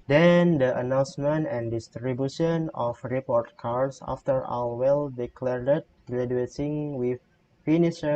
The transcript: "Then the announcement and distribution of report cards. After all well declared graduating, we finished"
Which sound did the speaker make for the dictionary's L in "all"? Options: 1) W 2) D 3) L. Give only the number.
1